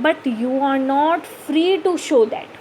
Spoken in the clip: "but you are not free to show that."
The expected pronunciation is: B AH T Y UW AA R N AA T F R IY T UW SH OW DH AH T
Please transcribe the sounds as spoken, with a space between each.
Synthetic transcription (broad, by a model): B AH T Y UW AA R N AA T F R IY T UW SH OW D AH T